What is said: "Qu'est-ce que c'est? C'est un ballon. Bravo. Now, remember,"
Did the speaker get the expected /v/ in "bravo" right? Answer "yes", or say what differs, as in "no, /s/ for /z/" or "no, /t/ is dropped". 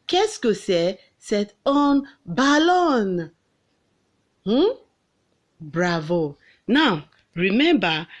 yes